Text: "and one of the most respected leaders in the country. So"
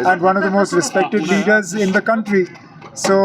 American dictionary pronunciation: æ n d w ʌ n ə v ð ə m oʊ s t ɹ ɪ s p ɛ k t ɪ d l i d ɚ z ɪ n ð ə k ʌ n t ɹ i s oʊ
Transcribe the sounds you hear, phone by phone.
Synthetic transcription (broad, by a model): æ n d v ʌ n ə v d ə m oʊ s t ɹ ɪ s p ɛ k t ɪ d l i d ɚ z ɪ n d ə k ʌ n t ɹ i s oʊ